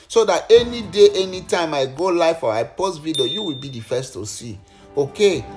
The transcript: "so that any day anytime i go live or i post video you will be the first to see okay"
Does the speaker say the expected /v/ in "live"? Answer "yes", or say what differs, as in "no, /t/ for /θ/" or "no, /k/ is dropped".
no, /f/ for /v/